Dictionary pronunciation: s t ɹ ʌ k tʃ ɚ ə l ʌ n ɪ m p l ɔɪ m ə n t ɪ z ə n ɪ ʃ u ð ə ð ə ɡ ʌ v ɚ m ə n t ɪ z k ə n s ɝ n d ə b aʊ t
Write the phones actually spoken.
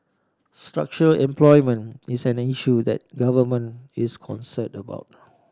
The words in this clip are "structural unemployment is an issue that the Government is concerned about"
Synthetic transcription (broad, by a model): s t ɹ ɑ k tʃ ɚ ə l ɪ m p l ɔɪ m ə n ɪ s ə n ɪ ʃ u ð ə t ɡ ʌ v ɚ m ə n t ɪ s k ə n s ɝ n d ə b aʊ t